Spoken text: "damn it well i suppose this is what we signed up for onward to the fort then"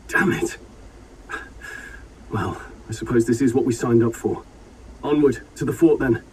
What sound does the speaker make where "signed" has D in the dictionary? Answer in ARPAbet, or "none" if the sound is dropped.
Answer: D